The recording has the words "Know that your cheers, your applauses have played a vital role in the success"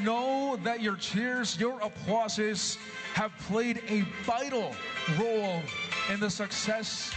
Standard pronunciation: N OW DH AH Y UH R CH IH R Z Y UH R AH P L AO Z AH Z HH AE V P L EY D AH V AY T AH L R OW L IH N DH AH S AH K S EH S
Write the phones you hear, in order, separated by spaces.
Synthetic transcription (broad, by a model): N OW DH AH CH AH R CH IH R Z Y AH R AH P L AO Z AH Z HH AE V P L EY D AH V AY T L R OW L IH N DH AH S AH K S EH S